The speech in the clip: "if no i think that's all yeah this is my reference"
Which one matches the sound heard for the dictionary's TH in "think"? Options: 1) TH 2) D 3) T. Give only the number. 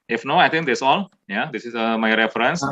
3